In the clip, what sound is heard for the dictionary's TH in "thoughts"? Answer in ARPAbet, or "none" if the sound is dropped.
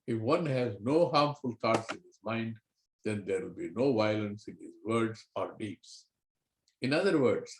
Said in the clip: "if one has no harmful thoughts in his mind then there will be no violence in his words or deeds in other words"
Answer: T